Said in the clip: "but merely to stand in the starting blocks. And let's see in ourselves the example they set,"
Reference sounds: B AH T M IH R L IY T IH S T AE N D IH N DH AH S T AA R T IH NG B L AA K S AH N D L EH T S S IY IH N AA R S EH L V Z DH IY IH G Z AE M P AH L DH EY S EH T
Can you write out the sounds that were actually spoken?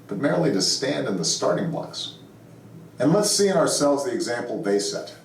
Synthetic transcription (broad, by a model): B AH T M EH R L IY T IH S T AE N D IH N DH AH S T AA R T IH NG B AA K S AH N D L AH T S S IY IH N AA R S EH L V Z DH IY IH G Z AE M P L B EY S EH T